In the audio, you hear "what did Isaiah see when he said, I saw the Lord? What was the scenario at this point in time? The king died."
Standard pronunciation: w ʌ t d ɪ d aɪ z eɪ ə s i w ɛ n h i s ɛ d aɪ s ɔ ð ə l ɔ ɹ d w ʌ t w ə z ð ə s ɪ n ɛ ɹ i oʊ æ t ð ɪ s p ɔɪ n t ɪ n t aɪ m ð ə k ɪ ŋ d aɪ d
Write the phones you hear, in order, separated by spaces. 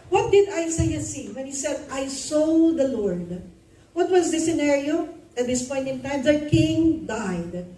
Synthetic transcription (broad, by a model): w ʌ t d ɪ d aɪ s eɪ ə s i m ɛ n h i s ɛ d aɪ s ɔ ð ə l ɔ ɹ d w ʌ t w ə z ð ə s ɪ n ɛ ɹ i oʊ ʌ t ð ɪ s p ɔɪ n t ɪ n t aɪ m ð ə k ɪ ŋ d aɪ d